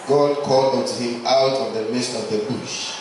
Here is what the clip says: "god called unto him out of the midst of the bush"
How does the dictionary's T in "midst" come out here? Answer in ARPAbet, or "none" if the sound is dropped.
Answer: T